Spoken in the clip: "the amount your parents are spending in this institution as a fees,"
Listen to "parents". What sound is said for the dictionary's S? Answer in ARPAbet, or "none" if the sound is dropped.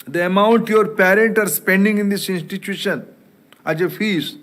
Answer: none